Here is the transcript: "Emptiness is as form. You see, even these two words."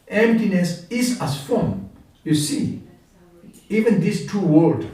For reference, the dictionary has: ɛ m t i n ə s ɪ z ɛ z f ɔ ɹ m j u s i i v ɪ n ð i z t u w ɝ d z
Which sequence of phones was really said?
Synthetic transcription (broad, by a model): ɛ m t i n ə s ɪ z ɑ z f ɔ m j u s i i v ɪ n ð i s t u w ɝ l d